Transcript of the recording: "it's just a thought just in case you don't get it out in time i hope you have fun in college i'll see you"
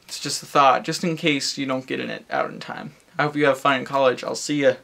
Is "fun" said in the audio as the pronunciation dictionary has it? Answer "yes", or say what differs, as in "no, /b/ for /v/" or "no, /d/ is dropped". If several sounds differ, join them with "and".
no, /n/ is dropped